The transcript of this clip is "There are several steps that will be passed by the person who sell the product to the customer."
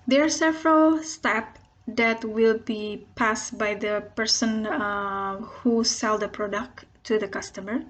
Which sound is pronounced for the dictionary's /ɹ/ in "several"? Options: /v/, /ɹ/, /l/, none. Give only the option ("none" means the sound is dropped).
/ɹ/